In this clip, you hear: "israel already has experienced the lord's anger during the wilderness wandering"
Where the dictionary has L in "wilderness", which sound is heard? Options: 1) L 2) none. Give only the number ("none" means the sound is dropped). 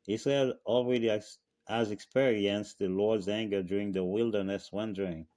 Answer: 1